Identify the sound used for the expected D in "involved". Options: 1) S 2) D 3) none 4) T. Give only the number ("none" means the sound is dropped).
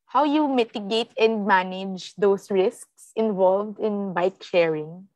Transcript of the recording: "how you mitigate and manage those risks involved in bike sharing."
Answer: 2